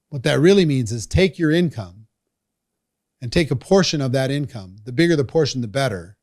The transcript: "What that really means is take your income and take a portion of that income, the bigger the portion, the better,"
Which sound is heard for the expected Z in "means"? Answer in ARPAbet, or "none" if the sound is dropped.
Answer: Z